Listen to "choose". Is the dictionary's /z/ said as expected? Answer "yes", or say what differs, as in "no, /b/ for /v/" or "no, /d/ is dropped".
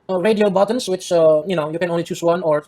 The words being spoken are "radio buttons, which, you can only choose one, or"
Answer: no, /s/ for /z/